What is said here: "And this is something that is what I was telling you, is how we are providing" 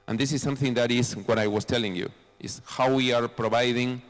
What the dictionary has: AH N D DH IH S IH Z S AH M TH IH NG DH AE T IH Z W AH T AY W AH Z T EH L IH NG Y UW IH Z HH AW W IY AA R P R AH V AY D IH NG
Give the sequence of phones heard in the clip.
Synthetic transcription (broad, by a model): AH N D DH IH S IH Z S AH M TH IH NG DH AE T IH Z W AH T AY W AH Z T EH L IH NG Y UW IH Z HH AW W IY AA R P R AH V AY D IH NG